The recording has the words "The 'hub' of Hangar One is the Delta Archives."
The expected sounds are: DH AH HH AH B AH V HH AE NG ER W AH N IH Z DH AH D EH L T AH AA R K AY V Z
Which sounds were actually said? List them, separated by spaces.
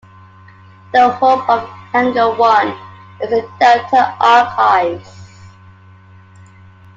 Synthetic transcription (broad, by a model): DH AH HH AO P AH V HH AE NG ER W AH N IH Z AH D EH T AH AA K AY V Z